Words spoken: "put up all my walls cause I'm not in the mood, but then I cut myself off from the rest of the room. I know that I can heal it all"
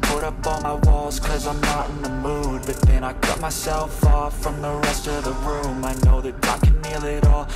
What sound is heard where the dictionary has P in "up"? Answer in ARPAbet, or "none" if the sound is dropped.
P